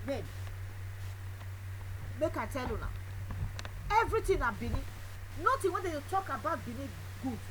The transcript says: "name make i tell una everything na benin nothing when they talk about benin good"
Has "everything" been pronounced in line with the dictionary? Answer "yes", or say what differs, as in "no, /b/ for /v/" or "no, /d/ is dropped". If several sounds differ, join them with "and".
no, /t/ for /θ/